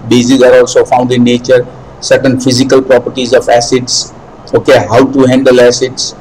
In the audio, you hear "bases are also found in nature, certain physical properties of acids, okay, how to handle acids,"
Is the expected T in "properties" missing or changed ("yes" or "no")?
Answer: no